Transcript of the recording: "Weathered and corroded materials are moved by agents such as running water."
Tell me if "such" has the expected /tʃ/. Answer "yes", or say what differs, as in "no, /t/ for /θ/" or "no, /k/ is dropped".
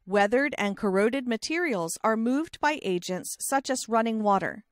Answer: yes